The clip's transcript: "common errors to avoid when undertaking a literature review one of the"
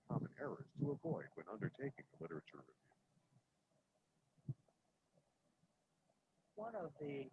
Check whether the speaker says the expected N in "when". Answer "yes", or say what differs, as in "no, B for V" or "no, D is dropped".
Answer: yes